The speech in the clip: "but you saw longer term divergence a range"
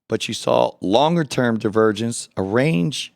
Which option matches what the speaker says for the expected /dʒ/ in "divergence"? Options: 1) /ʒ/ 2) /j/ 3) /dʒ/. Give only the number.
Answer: 3